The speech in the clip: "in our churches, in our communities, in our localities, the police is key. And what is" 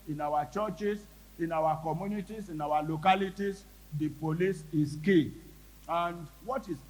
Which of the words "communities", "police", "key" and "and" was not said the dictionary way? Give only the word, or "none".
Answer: communities